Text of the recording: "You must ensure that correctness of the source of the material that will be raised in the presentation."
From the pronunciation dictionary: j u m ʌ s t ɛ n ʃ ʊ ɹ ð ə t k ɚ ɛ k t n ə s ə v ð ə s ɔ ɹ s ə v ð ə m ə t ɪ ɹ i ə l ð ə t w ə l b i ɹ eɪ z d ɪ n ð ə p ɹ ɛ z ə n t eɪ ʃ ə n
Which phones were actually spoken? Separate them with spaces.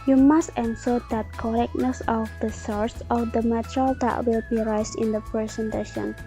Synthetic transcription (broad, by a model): j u m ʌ s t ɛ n s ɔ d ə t k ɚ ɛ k n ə s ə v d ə s ɔ ɹ s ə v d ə m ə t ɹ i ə l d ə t w ə l b i ɹ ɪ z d ɪ n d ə p ɹ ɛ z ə n t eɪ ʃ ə n